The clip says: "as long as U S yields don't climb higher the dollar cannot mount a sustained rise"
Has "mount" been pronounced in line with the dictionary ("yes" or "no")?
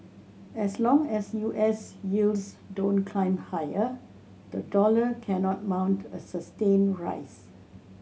yes